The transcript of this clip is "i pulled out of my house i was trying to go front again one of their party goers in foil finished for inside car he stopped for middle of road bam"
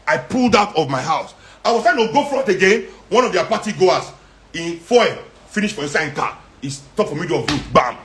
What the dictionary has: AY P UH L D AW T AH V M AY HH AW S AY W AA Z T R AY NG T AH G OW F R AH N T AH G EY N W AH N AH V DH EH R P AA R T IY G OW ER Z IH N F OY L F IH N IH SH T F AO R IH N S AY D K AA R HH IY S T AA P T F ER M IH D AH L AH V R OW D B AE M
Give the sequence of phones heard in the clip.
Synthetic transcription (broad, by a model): AY P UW L D AW T AH V M AY HH AW S AY W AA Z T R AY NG T AH G OW F R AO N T AH G EY N W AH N AH V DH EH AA P AA T IY G OW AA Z IH N F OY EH F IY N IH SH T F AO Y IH S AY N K AA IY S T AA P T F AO M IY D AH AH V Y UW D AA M